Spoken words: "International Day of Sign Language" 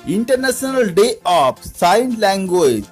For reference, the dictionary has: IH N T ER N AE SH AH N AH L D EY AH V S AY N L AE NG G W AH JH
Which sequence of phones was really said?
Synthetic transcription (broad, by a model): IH N T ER N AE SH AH N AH L D EY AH P S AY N L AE NG G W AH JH